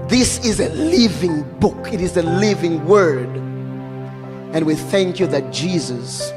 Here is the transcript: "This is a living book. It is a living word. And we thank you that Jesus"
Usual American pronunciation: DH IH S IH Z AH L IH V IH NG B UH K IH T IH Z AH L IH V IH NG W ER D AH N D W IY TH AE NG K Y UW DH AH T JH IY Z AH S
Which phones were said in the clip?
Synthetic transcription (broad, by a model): DH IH S IH Z AH L IH V IH NG B UH K IH T IH Z AH L IH V IH NG W ER D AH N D W IY TH AE NG K Y UW DH AH T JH IY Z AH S